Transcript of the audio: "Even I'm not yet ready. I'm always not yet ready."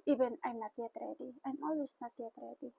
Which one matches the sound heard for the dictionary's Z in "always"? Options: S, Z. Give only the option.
S